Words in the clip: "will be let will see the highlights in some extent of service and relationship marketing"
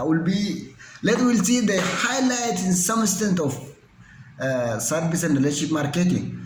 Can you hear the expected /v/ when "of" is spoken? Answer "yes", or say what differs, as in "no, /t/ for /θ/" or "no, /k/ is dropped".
no, /f/ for /v/